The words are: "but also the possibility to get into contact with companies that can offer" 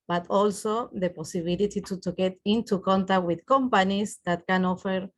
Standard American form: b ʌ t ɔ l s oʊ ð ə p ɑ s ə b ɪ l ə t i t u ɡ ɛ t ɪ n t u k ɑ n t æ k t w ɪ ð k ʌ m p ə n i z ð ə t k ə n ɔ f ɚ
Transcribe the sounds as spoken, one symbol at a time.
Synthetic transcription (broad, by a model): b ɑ t ɔ l s oʊ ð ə p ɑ s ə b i l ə t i t u ɡ ɛ t ɪ n t u k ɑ n t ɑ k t w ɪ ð k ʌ m p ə n i s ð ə t k ə n ɔ f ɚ